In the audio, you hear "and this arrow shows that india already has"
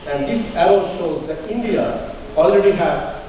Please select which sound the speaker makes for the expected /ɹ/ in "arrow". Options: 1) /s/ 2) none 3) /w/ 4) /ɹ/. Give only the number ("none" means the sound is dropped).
3